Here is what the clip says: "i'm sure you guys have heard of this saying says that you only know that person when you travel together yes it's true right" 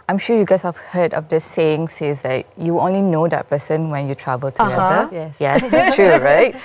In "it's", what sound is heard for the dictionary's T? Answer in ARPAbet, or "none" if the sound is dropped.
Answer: S